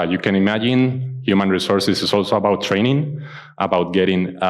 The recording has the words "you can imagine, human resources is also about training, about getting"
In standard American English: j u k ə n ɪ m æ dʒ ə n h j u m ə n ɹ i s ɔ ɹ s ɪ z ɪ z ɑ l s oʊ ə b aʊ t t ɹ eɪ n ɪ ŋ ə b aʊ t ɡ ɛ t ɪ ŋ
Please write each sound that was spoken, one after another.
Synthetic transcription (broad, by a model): j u k ə n ɪ m æ dʒ ə n h j u m ə n ɹ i s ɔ ɹ s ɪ s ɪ s ɑ l s oʊ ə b aʊ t t ɹ eɪ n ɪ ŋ ə b aʊ t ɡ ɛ t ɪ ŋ